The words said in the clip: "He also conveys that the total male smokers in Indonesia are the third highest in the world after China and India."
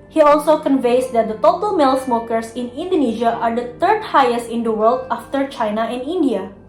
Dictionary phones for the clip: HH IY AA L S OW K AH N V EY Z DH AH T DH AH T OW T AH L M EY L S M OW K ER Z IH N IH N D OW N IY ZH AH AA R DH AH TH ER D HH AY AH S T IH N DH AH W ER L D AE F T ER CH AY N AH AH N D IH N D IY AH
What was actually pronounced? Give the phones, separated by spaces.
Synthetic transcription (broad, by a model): HH IY AA L S OW K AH N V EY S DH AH T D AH T OW T AH L M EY L S M OW K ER S IH N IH N D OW N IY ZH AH AA R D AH T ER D HH AY AH S T IH N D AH W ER L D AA F T ER CH AY N AH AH N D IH N D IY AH